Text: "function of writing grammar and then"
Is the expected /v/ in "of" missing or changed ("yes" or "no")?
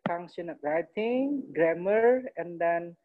yes